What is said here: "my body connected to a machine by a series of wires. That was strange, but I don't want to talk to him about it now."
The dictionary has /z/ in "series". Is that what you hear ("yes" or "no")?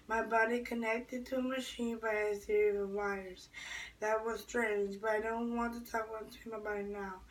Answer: no